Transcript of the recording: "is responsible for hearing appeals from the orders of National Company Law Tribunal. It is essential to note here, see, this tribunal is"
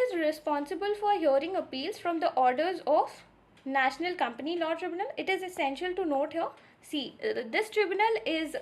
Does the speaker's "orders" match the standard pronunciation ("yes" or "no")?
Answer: yes